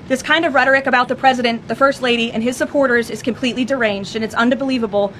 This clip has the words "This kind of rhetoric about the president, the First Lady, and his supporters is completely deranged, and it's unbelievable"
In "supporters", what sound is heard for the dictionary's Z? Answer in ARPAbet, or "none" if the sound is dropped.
Z